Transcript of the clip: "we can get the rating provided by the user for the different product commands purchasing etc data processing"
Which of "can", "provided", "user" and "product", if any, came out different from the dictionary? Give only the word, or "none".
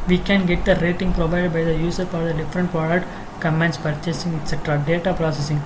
user